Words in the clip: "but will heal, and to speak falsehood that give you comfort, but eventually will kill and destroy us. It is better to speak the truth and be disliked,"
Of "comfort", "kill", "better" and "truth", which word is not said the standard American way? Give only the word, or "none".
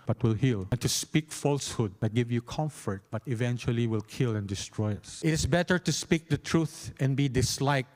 none